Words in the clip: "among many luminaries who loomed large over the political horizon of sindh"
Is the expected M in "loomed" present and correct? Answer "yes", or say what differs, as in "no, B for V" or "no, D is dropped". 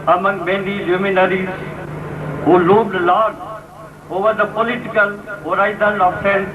no, M is dropped